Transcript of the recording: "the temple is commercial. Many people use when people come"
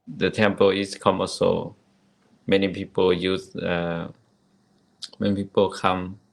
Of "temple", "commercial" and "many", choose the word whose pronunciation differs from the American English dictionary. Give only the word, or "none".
commercial